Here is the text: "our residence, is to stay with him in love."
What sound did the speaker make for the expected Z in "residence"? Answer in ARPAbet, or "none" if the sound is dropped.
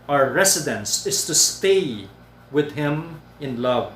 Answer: S